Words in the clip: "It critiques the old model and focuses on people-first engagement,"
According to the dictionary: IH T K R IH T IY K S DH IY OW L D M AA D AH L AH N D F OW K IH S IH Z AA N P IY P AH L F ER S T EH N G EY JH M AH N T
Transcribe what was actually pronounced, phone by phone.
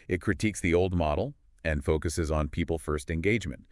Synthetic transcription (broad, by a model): IH T K R IH T IY K S DH IY OW L D M AA D L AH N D F OW K IH S IH Z N P IY P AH L F ER S T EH N G EY JH M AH N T